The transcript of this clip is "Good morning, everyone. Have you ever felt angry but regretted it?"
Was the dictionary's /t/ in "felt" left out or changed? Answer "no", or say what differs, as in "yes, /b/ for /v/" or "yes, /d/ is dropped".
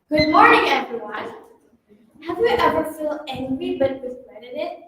yes, /t/ is dropped